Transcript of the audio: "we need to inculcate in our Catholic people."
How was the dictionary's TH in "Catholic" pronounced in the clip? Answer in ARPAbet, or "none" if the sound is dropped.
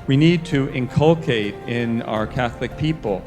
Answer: TH